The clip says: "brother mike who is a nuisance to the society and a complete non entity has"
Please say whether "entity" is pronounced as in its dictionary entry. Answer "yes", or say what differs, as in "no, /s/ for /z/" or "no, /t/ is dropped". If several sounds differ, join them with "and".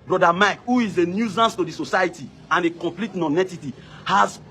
no, /n/ is dropped